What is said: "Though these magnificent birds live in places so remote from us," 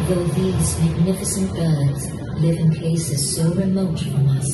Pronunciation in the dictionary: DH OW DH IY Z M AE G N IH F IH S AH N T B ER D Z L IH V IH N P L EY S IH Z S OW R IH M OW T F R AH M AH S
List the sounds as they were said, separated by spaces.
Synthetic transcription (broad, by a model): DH OW DH IY Z M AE G N IH F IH S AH N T B ER D Z L IH V IH N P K EY S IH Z S OW R IH M OW T F R AH M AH S